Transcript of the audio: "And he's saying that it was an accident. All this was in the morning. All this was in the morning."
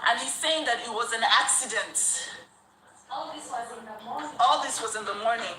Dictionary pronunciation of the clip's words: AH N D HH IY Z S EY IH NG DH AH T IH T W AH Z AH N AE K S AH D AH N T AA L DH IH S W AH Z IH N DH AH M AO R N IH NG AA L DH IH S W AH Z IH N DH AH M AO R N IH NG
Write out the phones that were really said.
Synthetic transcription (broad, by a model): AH N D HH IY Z S EY IH NG DH AH T IH T W AH Z AH N AE K S AH D AH N T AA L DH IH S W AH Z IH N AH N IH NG AA L DH IH S W AH Z IH N DH AH M AO R N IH NG